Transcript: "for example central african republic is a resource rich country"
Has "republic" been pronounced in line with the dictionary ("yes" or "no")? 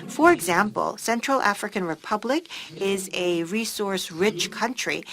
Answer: yes